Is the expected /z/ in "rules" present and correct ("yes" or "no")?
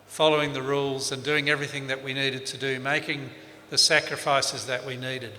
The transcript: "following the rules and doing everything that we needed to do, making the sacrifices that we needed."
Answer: yes